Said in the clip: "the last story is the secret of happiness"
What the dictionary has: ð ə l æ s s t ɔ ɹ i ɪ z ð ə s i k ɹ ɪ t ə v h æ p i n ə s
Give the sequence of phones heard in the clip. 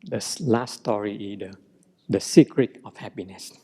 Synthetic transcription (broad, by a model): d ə l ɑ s s t ɔ ɹ i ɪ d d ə s i k ɹ ɪ t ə f h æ p i n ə s